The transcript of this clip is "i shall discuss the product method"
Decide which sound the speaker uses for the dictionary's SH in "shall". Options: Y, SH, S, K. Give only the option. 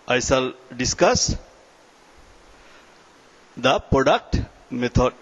S